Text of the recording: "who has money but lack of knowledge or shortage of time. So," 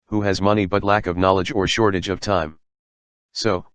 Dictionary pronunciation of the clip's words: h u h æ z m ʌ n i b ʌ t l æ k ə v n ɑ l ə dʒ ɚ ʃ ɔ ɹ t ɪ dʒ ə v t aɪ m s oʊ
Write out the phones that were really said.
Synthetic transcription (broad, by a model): h u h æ z m ʌ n i b ʌ t l æ k ə v n ɑ l ə dʒ ɚ ʃ ɔ ɹ t ɪ dʒ ə v t aɪ m s oʊ